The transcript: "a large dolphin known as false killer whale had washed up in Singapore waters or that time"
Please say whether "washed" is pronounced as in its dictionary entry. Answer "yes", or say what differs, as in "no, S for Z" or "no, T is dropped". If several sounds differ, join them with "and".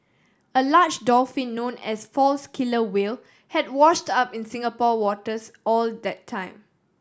yes